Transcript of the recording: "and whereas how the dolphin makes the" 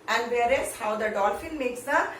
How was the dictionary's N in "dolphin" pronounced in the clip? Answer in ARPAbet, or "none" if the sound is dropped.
L